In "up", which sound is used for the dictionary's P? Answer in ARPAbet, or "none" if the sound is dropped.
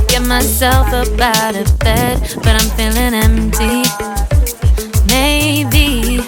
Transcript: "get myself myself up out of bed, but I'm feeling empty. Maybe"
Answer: B